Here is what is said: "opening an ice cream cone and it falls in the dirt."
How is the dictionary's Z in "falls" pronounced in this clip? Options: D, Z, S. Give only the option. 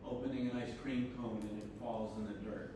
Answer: Z